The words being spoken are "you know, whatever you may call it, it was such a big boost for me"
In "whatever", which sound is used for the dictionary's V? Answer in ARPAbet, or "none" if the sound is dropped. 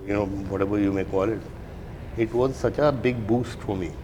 B